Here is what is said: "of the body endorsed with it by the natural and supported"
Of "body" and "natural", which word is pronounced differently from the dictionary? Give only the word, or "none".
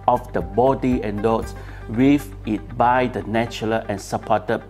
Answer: natural